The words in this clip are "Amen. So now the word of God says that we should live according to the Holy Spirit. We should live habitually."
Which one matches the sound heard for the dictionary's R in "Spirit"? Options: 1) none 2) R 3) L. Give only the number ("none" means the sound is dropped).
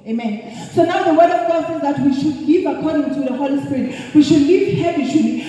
2